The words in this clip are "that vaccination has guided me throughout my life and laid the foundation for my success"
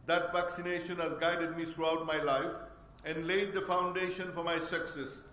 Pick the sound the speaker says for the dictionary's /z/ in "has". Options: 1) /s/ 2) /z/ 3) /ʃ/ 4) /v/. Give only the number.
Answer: 2